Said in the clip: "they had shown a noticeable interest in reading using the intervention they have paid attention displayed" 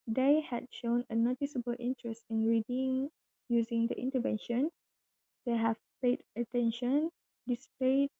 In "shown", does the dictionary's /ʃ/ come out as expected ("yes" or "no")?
yes